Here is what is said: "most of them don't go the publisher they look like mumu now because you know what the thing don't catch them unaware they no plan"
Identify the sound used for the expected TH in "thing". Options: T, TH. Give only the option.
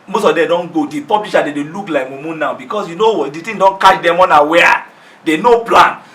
T